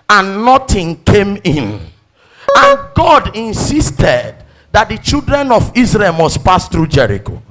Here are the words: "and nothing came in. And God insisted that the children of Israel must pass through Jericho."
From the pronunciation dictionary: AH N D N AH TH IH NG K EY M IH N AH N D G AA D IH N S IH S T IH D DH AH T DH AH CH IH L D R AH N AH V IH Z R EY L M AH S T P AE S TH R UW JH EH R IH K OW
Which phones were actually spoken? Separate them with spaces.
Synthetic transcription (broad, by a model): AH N N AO T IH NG K EY M IH N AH N G AA D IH N S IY S T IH D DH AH T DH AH CH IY L D R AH N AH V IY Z R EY L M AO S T P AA S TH R UW JH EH R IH K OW